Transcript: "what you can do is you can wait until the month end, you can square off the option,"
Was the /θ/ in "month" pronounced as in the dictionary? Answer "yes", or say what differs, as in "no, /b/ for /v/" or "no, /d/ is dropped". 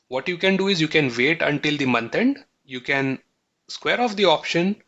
no, /t/ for /θ/